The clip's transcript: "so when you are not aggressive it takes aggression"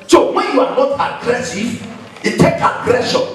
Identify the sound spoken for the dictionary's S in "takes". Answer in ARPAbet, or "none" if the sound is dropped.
none